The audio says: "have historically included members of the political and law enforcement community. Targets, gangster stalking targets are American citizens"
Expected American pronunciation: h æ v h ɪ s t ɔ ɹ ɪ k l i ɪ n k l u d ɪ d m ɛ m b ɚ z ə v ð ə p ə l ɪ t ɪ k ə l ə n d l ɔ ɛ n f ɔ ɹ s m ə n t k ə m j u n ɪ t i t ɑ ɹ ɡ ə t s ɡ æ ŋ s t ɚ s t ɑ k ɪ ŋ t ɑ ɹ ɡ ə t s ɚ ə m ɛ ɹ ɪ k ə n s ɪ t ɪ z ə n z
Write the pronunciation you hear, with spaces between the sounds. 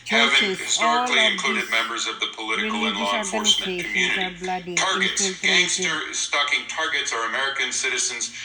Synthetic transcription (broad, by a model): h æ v h ɪ s t ɔ ɹ ɪ k l i ɪ n k l u d ɪ d m ɛ m b ɚ z ə v ð ə p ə l ɪ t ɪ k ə l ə n l ɔ f ɔ ɹ s m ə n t k m j u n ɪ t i t ɑ ɹ ɡ ə t s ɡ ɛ s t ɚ s t ɑ k ɪ ŋ t ɑ ɹ ɡ ə t s ɚ ə m ɛ ɹ ɪ k ə n s ɪ t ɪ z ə n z